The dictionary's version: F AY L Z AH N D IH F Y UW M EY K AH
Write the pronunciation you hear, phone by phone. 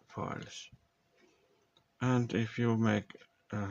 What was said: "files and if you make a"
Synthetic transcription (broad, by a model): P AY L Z AH N D IH F Y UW M EY K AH